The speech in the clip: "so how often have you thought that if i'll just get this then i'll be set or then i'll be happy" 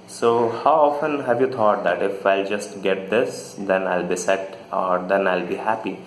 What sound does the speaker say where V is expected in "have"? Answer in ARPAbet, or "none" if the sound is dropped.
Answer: V